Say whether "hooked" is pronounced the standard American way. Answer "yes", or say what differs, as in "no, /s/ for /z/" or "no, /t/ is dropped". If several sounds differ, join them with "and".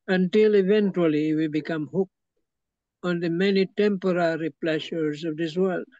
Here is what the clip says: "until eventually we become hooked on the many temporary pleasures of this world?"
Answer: no, /t/ is dropped